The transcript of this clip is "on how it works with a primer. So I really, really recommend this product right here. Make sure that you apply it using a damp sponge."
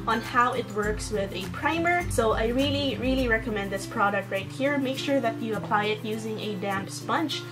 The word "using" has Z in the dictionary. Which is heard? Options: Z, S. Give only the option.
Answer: Z